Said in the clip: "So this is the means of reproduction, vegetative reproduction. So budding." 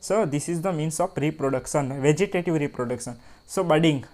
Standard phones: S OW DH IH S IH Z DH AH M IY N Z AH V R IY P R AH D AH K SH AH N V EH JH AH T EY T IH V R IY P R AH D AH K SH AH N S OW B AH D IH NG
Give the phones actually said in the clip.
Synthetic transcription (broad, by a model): S OW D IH S IH Z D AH M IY N S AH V R IY P R AH D AH K SH AH N V EH JH AH T EY T IH V R IY P R AH D AH K SH AH N S OW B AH D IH NG